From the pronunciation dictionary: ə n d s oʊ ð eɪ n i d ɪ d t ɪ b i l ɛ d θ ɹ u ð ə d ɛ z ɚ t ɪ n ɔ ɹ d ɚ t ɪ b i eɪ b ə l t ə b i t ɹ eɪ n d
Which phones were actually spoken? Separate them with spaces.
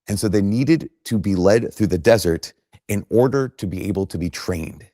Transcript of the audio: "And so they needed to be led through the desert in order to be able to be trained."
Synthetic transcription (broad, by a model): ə n s oʊ ð eɪ n i d ɪ d t ɪ b i l ɛ d θ ɹ u ð ə d ɛ z ɚ t ɪ n ɔ ɹ d ɚ t ɪ b i eɪ b l t ə b i t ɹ eɪ n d